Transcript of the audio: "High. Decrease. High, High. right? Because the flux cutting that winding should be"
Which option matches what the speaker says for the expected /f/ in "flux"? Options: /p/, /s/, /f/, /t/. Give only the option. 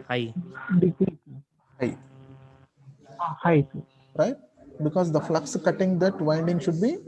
/f/